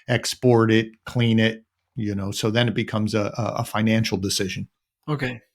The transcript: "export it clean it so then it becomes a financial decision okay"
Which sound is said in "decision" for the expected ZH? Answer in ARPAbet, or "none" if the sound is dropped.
ZH